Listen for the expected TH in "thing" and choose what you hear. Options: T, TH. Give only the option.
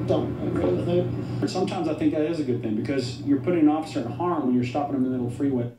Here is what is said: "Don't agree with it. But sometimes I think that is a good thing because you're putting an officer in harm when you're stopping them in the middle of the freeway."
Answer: TH